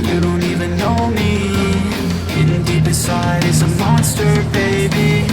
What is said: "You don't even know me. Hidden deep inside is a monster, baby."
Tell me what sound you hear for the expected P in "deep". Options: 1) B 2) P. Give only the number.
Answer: 1